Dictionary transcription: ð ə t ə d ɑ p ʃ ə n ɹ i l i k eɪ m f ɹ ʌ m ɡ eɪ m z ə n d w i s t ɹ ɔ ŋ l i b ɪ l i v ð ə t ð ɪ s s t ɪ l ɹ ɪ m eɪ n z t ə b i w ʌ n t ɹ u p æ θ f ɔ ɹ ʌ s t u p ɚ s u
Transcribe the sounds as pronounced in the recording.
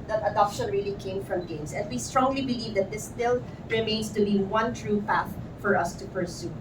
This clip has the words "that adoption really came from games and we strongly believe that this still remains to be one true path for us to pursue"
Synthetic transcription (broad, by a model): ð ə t ə d ɑ p ʃ ə n ɹ i l i k eɪ m f ɹ ʌ m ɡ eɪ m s ə n d w i s t ɹ ɔ ŋ l i b ɪ l i v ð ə t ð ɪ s s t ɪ l ɹ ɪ m eɪ n s t ə b i w ʌ n t ɹ u p æ θ f ɔ ɹ ʌ s t u p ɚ s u